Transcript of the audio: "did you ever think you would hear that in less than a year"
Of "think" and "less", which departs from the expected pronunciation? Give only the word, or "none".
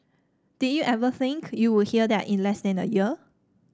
none